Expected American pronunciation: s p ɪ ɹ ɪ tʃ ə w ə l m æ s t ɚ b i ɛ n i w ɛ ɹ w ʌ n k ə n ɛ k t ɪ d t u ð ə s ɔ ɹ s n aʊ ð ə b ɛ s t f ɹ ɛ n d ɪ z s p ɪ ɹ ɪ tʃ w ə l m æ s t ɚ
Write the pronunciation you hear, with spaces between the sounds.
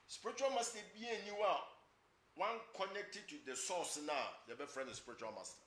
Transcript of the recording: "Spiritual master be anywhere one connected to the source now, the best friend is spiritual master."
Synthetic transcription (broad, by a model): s p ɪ ɹ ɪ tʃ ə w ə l m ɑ s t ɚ b i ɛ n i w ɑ w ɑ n k ə n ɛ k t ɪ d t u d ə s ɔ s n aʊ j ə b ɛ f ɹ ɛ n ɪ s p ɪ ɹ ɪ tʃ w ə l m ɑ s t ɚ